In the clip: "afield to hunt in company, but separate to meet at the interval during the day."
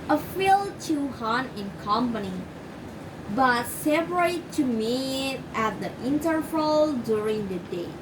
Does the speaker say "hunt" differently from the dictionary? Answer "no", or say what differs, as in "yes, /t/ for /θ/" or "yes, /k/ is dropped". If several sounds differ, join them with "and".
yes, /t/ is dropped